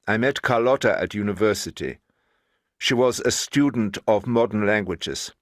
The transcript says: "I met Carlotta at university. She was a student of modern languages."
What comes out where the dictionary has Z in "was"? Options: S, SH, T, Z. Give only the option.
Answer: Z